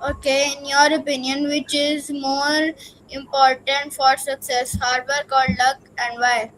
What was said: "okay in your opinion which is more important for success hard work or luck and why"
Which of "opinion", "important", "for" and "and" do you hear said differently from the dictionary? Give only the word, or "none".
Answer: none